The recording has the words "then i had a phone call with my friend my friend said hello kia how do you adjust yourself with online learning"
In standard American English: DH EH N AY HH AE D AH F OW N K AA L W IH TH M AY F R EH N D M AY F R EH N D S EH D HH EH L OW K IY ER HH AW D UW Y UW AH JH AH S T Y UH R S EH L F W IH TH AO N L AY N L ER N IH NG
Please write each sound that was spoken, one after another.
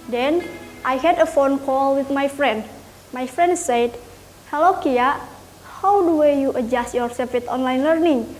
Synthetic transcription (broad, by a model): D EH N AY HH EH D AH F OW N K AA L W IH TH M AY F R EH N D M AY F R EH N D S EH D HH EH L OW K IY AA HH AW D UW Y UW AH JH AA S T Y UH R S EH L F W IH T AO N L AY N L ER N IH NG